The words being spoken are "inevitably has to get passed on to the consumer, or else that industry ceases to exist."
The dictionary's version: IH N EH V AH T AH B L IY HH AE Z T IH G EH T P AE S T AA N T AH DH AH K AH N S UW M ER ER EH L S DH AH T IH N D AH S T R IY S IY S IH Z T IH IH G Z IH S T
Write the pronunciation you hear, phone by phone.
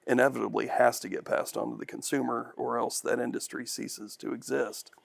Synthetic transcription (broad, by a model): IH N EH V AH T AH B L IY HH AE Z T IH G EH T P AE S T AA N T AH DH AH K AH N S UW M ER ER EH L S DH AH T IH N D AH S T R IY S IY S IH Z T IH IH G Z IH S T